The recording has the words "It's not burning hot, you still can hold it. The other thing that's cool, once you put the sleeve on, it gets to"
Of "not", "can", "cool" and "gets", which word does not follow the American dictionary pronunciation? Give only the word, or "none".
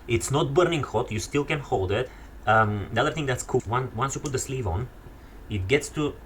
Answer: cool